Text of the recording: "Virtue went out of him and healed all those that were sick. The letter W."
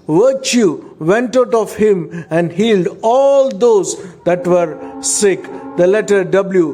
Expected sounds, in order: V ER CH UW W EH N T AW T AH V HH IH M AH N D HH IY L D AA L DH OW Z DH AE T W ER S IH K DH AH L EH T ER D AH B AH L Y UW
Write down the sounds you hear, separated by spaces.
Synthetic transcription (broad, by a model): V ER CH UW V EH N T AW T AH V HH IH M AH N D HH IY L D AA L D OW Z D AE T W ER S IH K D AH L EH T ER D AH B L Y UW